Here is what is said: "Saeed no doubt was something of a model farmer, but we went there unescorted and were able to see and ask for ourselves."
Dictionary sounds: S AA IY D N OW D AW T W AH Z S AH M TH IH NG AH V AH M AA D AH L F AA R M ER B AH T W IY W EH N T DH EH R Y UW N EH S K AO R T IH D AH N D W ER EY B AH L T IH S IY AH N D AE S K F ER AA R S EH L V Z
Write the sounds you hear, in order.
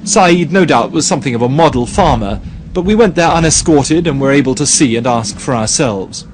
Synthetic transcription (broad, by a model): S AA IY D N OW D AW T W AH Z S AH M TH IH NG AH V AH M AA D L F AA R M ER B AH T W IY W EH N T DH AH R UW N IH S K AO R T IH D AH N W ER EY B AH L T IH S IY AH N AE S K F ER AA R S EH L V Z